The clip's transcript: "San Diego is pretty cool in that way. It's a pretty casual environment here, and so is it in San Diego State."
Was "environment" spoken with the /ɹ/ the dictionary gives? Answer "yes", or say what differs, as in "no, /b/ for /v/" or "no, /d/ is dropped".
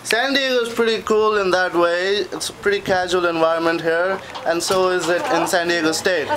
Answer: yes